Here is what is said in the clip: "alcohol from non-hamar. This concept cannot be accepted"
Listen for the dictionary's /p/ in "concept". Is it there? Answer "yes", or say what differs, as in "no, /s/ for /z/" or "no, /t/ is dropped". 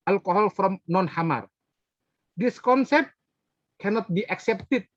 yes